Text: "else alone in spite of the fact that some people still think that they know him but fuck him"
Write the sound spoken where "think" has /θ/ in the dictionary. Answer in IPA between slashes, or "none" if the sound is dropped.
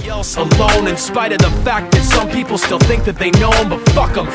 /θ/